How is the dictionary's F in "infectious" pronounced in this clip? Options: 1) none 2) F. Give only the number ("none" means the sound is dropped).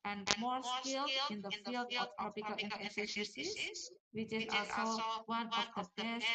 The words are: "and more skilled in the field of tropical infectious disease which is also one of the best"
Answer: 1